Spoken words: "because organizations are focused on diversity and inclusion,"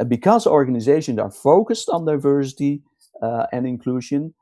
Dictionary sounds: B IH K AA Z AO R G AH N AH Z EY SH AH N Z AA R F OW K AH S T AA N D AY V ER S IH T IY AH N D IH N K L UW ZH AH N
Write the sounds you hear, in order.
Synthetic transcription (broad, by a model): B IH K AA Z AO R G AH N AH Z EY SH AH N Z AA R F OW K AH S T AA N D AY V ER S IH T IY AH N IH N K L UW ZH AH N